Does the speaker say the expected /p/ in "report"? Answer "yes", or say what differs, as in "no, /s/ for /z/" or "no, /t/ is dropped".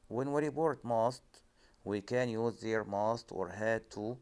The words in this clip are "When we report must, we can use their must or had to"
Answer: no, /b/ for /p/